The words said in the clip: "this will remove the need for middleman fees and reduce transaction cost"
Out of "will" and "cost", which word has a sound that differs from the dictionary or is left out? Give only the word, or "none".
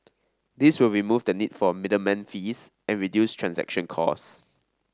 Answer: cost